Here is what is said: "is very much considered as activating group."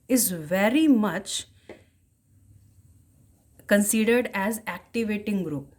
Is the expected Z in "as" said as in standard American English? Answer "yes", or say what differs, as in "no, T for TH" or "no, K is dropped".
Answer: yes